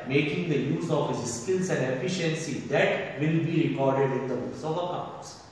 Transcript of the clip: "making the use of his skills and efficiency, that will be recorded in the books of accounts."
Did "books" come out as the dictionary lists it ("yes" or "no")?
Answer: no